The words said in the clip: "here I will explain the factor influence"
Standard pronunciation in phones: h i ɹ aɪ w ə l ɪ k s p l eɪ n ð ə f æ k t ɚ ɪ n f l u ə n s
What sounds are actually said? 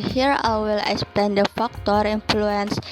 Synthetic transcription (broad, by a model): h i ɹ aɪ w ə l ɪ k s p eɪ n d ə f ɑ k t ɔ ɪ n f l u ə n s